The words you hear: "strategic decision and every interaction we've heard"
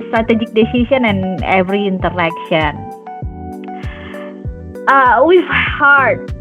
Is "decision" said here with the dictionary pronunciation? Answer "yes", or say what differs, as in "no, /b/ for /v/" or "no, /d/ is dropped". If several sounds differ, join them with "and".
no, /s/ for /ʒ/